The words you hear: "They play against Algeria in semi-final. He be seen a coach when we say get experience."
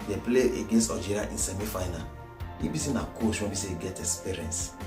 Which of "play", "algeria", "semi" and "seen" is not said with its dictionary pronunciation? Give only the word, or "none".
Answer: algeria